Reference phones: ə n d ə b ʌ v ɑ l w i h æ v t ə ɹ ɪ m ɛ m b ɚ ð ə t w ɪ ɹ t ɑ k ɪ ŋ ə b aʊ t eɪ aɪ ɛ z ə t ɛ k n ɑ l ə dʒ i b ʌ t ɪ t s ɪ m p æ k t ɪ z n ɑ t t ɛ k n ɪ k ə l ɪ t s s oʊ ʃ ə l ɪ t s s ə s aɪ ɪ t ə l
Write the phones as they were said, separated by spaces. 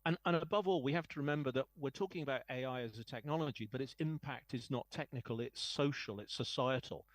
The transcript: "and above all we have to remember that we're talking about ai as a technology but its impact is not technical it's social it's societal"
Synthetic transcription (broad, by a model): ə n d ə b ʌ v ɑ l w i h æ f t ə ɹ ɪ m ɛ m b ɚ ð ə t w ɪ ɹ t ɑ k ɪ ŋ ə b aʊ t eɪ aɪ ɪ z ə t ɛ k n ɑ l ə dʒ i b ʌ t ɪ t s ɪ m p æ k t ɪ z n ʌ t t ɛ k n ɪ k ə l ɪ t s s oʊ ʃ ə l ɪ t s s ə s aɪ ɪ t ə l